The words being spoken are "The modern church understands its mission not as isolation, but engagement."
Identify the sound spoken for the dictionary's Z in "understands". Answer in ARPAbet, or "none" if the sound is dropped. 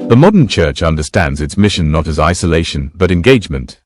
Z